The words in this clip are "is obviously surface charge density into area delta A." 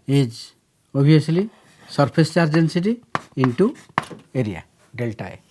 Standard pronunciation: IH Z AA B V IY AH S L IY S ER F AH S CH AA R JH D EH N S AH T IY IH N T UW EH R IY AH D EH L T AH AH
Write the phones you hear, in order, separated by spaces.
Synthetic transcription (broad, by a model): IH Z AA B IY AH S L IY S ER P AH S CH AA R JH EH N S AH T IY IH N T UW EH R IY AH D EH L T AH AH